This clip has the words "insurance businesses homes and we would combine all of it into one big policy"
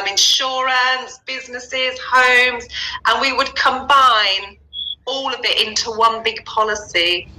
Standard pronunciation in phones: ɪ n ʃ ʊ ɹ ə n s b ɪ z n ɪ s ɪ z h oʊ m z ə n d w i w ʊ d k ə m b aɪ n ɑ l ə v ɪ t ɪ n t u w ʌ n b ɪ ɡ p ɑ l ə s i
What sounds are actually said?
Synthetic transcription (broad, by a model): ɪ n ʃ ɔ ɹ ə n s b ɪ z n ɪ s ɪ z h oʊ m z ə n w i w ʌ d k ə m b aɪ n ɑ l ə v ɪ t ɪ n t u w ʌ n b ɪ ɡ p ɑ l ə s i